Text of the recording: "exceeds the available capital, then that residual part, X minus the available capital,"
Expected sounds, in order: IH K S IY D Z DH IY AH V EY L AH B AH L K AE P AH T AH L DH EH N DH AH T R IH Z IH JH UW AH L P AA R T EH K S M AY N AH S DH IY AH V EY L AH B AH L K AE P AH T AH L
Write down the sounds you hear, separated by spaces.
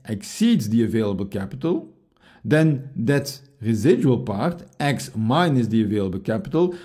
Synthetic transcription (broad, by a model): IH K S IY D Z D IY AH V EY L AH B AH L K AE P AH T AH L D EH N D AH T R IH Z IH JH UW AH L P AA R T EH K S M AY N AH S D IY AH V EY L AH B AH L K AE P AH T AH L